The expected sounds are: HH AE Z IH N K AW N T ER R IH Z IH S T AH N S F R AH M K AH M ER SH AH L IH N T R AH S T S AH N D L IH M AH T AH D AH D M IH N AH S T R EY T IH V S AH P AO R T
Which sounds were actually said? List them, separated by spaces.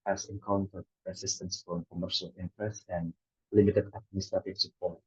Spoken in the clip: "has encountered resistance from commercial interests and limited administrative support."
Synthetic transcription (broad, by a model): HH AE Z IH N K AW N T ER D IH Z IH S T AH N S F R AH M K AH M ER SH AH L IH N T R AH S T AH N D L IH M AH T AH D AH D M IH N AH S T R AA T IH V S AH P AO R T